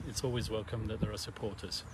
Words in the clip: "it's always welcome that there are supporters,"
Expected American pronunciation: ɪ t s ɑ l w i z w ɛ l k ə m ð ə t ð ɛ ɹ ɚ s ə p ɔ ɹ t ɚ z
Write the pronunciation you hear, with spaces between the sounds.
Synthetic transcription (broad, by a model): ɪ t s ɑ l w i z w ɛ l k ə m ð ə t ð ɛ ɹ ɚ s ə p ɔ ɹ t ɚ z